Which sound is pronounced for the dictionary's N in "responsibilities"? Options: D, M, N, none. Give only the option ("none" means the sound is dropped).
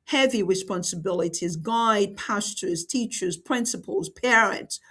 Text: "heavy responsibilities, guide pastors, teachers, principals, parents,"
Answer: N